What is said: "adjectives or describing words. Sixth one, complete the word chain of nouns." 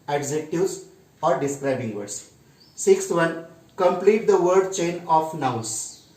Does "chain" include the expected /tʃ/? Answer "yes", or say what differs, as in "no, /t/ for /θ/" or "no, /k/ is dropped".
yes